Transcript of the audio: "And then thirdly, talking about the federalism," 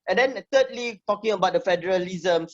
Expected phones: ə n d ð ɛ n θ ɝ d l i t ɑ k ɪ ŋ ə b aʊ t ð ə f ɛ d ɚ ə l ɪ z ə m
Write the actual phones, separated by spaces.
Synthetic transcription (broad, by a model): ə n d ɛ n t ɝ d l i t ɑ k ɪ ŋ ə b aʊ t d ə f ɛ d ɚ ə l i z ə m